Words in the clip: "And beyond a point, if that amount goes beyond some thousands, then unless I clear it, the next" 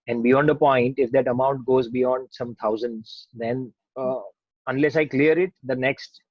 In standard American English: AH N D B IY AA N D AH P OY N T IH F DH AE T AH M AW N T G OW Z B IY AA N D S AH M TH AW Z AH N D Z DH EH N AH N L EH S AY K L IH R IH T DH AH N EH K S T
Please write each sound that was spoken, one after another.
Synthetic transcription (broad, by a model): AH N D B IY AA N D AH P OY N T IH F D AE T AH M AW N T G OW Z B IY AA N D S AH M T AW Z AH N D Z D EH N AH N L EH S AY K L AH R IH T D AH N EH K S T